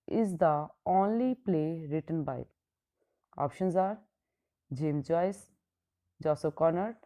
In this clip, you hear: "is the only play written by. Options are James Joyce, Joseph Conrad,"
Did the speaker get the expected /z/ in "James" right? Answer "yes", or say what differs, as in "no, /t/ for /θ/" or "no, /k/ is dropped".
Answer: no, /z/ is dropped